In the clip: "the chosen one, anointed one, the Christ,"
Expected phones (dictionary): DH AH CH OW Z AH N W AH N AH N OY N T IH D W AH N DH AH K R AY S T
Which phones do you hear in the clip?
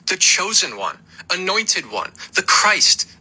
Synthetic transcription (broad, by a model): DH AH CH OW Z AH N W AH N AH N OY N T IH D W AH N DH AH K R AY S T